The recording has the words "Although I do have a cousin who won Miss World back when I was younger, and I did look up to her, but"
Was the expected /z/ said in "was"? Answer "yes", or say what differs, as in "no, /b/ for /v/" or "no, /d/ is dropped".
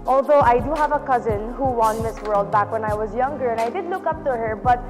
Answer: yes